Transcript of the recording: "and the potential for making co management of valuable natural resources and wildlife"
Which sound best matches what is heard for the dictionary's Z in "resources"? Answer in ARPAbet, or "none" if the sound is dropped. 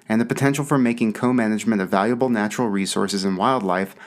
Z